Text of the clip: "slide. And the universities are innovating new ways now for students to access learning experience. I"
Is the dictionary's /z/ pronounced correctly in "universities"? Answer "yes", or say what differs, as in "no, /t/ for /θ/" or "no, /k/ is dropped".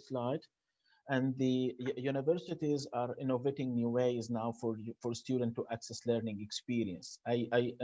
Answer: yes